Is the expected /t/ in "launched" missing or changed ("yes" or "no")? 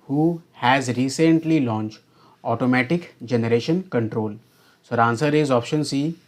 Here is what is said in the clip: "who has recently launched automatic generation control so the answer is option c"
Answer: no